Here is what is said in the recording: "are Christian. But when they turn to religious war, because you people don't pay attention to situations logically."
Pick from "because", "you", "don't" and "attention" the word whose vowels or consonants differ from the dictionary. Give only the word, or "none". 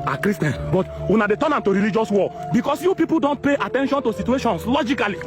because